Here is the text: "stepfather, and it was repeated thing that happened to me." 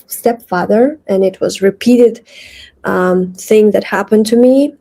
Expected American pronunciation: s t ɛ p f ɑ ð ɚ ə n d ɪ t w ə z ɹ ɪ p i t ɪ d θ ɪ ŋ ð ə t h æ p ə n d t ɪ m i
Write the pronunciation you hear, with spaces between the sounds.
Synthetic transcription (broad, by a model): s t ɛ p f ɑ ð ɚ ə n ɪ t w ə z ɹ ɪ p i t ɪ d θ ɪ ŋ ð ə t h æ p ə n t ɪ m i